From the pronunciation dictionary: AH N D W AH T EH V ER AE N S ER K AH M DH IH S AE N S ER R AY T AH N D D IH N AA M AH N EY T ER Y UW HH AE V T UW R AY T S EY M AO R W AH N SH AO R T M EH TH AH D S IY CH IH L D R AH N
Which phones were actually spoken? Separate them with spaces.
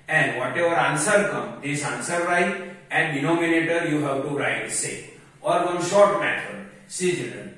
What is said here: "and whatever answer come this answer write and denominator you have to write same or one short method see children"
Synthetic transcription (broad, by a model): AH N D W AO T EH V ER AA N S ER K AH M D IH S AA N S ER R AY T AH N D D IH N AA M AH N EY T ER Y UW HH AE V T UW R AY T S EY AO R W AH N SH AO R T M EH T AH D S IY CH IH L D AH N